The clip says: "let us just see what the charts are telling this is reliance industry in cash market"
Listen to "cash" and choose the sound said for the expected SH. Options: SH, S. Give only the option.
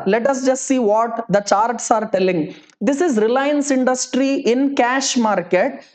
SH